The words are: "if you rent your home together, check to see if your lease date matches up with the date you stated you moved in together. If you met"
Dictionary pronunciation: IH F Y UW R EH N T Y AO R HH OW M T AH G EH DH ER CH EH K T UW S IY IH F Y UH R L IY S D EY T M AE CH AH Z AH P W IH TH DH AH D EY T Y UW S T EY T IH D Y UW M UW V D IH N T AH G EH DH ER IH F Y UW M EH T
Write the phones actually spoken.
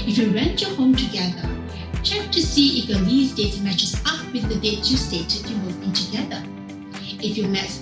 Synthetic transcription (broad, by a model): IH F Y UW R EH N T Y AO HH OW M T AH G EH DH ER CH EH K T UW S IY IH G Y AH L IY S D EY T M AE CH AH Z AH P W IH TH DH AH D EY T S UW S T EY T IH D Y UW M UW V IH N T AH G EH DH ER IH F Y UW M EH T